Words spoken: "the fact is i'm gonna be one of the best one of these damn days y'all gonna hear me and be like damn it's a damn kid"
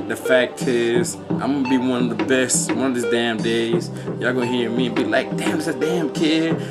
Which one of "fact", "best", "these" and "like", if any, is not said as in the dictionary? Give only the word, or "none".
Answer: none